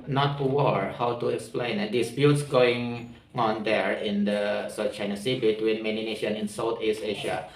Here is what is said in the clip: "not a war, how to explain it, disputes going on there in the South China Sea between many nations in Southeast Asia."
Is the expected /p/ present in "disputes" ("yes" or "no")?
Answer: no